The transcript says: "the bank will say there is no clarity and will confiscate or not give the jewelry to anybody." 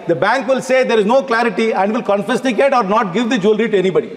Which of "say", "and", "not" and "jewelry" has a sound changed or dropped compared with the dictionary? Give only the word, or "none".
none